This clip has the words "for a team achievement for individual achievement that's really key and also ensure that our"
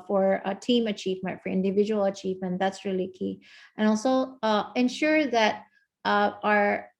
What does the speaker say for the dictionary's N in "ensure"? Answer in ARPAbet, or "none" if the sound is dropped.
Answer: N